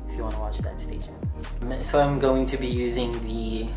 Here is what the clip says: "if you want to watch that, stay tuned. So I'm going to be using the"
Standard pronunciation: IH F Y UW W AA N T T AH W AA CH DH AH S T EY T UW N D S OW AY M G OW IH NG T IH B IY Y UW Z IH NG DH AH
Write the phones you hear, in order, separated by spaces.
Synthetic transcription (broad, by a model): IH F Y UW W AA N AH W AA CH DH AH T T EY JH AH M S OW AY M G OW IH NG T IH B IY Y UW Z IH NG DH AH